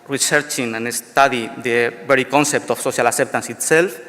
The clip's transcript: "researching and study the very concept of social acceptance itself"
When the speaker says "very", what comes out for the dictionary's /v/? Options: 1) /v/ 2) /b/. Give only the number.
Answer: 2